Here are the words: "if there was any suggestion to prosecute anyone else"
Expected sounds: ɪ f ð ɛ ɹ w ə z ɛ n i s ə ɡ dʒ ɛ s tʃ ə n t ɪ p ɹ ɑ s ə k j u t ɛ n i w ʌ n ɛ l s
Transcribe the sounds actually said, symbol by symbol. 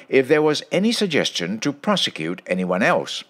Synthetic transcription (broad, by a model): ɪ f ð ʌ ɹ w ə z ɛ n i s ə ɡ dʒ ɛ s tʃ ə n t ɪ p ɹ ɑ s ə k j u t ɛ n i w ʌ n ɛ l s